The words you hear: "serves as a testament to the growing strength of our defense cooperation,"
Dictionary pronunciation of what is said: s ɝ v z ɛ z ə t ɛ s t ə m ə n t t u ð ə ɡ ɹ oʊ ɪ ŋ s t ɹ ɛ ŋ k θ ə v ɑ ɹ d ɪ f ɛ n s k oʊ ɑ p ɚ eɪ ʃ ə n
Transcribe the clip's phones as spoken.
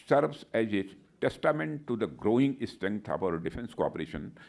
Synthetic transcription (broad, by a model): s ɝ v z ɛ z ə t ɛ s t ə m ə n t t u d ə ɡ ɹ oʊ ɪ ŋ s t ɛ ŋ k t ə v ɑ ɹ d ɪ f ɛ n s k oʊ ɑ p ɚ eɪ ʃ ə n